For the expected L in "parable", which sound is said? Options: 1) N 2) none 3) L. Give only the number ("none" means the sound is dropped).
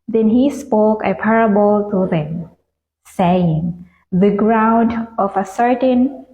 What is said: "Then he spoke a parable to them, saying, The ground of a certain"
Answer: 3